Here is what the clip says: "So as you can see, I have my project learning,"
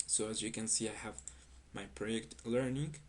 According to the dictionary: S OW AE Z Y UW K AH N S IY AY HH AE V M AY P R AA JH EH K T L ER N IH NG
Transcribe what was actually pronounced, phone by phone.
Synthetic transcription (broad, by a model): S OW AE Z Y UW K AH N S IY AY HH AE V M AY P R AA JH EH K T L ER N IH NG